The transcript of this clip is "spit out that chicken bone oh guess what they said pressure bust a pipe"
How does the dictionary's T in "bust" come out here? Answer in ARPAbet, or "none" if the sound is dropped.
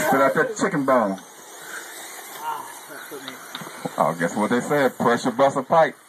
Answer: none